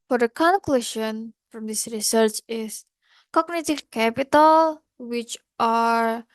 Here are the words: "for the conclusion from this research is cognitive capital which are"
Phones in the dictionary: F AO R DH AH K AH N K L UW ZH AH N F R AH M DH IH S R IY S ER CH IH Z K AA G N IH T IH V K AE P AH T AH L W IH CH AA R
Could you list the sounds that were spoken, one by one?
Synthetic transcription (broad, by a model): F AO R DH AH K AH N K L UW SH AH N F R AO M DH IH S R IY S ER CH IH S K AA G N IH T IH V K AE P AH T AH L W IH CH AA R